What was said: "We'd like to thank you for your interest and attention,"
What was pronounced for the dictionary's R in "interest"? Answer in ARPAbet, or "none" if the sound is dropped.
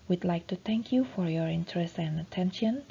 R